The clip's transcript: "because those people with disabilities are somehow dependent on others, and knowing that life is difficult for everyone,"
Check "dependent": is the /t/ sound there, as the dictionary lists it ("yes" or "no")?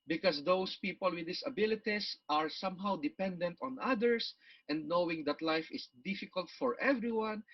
yes